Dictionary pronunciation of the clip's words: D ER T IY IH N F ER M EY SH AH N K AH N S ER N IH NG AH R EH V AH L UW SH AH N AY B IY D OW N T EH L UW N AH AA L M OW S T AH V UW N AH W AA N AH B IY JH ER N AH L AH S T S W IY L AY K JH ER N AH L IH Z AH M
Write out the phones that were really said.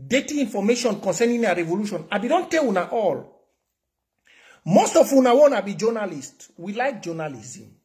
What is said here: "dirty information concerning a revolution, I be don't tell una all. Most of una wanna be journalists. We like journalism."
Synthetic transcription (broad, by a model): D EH T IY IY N F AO M EY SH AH N K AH N S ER N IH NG AH R EH V AH L UW SH AH N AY B IY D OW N T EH W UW N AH AA L M OW S T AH F UW N AH W AA N AH B IY JH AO N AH L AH S T W IY L AY K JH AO N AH L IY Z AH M